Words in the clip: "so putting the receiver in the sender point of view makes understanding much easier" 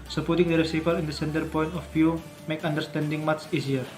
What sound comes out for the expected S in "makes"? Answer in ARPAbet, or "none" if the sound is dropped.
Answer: none